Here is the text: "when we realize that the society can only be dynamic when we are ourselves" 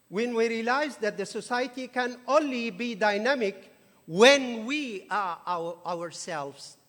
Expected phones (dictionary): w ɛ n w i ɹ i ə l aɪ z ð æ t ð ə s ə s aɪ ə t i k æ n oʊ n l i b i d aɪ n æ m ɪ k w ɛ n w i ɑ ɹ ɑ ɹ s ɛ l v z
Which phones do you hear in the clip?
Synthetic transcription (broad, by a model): w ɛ n w i ɹ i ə l aɪ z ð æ t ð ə s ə s aɪ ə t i k æ n oʊ n l i b i d aɪ n æ m ɪ k w ɛ n w i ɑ w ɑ ɹ s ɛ l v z